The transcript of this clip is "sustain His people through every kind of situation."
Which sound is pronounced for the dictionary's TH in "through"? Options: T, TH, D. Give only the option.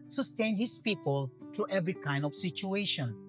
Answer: T